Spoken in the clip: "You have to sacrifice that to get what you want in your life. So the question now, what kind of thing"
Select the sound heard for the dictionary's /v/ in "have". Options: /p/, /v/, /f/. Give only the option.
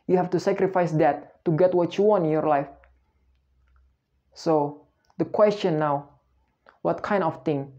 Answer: /f/